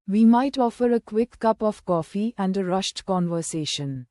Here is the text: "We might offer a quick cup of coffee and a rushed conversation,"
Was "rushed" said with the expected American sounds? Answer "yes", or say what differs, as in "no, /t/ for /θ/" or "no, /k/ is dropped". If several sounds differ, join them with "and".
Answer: yes